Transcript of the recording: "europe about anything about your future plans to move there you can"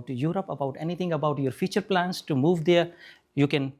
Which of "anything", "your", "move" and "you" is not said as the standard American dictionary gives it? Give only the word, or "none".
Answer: anything